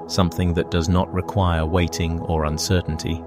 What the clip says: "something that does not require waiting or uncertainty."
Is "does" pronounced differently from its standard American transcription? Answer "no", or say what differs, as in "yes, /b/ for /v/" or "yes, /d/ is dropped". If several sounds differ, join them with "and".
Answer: no